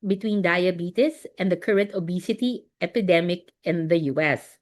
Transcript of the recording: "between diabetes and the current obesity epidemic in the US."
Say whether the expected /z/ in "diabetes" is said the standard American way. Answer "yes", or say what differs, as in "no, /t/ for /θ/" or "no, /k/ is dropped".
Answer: no, /s/ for /z/